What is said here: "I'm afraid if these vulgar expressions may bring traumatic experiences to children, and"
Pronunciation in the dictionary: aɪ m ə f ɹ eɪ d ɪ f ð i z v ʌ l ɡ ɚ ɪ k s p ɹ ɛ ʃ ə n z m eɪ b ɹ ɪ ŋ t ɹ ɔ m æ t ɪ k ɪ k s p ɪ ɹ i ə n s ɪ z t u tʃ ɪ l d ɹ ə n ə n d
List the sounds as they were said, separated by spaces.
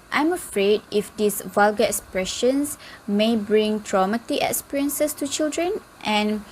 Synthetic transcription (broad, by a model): aɪ m ə f ɹ eɪ d ɪ f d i s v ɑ l ɡ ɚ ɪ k s p ɹ ɛ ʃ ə n s m eɪ b ɹ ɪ ŋ t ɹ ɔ m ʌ t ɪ ɪ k s p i ɹ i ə n s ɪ s t u tʃ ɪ l d ɹ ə n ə n